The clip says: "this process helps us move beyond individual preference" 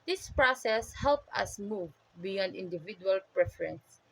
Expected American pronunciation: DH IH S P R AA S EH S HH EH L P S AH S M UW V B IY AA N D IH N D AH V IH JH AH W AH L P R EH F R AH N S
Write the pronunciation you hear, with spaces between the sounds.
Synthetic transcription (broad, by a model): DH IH S P R AA S EH S HH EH L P AH S M UW V B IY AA N D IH N D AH V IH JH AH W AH L P R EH F R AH N S